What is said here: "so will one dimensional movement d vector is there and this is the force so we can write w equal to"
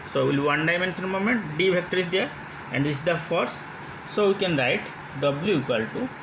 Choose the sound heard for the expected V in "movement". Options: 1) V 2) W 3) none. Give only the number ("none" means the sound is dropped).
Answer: 3